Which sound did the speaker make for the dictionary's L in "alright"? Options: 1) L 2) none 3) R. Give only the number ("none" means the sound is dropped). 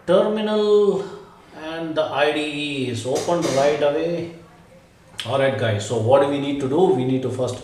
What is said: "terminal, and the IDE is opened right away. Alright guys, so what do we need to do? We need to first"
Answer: 2